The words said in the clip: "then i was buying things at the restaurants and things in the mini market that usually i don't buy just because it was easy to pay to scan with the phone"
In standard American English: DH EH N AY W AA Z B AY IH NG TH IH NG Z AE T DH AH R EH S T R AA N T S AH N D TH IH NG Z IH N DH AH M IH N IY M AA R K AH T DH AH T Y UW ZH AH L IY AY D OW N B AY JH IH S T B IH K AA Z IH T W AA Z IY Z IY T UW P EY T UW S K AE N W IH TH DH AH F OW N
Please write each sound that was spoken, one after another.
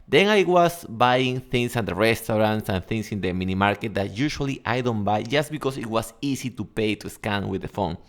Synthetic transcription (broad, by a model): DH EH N AY W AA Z B AY IH NG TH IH NG S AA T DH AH R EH S T R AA N T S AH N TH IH NG S IH N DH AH M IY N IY M AA R K AH T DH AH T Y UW SH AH L IY AY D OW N B AY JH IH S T B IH K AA S IH T W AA S IY S IY T UW P EY T UW S K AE N W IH DH AH F OW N